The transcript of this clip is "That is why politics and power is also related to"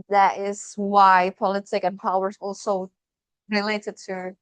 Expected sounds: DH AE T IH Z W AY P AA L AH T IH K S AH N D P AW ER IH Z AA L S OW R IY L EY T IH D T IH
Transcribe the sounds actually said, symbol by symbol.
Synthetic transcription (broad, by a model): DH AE T IH Z W AY P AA L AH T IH K AH N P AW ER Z AA L S OW R IY L EY T IH D T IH